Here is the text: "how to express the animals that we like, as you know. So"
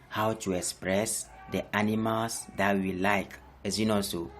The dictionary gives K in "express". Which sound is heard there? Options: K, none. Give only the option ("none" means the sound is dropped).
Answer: K